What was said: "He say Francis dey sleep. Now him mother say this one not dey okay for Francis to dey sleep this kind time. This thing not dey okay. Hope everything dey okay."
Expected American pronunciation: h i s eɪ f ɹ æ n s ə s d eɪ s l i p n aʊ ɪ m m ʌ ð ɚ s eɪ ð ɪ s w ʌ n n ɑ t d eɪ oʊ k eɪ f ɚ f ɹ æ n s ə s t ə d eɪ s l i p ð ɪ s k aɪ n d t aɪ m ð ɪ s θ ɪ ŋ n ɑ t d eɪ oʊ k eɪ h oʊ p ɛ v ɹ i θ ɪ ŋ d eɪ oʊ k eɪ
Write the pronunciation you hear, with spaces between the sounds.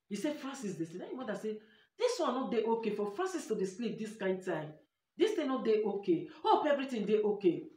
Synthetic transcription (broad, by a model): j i s eɪ f ɹ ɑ n s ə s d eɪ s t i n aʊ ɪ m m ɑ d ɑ s eɪ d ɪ s w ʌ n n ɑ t d eɪ oʊ k eɪ f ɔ f ɹ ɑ n s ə s t ə d eɪ s l i p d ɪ s k aɪ n d t aɪ m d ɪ s t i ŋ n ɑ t d eɪ oʊ k eɪ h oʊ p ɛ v ɹ i t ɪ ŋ d eɪ oʊ k eɪ